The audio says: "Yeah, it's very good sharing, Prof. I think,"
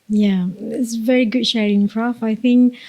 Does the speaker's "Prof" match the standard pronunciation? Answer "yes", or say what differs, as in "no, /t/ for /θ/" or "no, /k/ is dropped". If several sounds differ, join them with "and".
no, /f/ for /p/